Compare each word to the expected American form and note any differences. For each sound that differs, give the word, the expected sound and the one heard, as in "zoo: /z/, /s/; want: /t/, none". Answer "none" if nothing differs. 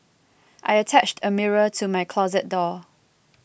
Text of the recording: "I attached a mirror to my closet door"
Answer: none